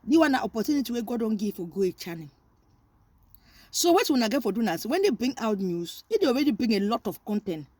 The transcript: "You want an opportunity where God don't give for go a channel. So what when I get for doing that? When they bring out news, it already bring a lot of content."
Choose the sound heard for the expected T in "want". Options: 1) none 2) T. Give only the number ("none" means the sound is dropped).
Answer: 1